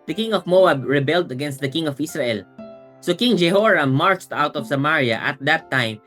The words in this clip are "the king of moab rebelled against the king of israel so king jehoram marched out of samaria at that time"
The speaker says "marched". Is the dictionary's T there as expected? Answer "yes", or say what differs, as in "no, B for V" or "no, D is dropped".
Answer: yes